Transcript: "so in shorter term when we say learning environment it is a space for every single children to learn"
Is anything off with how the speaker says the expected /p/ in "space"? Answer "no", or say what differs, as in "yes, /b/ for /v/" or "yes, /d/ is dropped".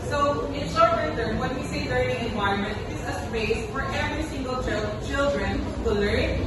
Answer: yes, /b/ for /p/